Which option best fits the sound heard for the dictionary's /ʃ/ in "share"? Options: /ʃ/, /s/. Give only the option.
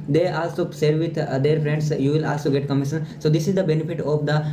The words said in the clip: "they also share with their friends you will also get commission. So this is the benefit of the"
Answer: /s/